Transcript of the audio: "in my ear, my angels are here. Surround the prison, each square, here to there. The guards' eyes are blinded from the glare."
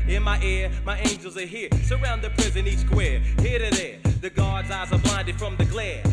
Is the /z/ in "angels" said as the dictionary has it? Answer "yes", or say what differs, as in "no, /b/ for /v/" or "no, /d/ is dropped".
yes